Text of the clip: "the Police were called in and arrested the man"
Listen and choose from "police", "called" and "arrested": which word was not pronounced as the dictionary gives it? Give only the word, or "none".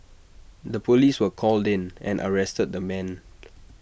none